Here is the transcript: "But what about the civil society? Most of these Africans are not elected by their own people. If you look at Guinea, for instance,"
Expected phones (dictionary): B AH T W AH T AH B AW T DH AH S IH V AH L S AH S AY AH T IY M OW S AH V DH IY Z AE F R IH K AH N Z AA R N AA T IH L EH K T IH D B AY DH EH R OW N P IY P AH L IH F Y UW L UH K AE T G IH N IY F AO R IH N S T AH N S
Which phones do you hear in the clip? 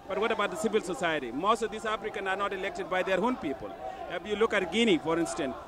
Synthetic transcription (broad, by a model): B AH T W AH T AH B AW T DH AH S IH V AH L S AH S AY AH T IY M OW S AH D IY S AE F R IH K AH N AA R N AA T IH L EH K T IH D B AY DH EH R OW N P IY P AH L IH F Y UW L UH K AE T G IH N IY F AO R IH N S T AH N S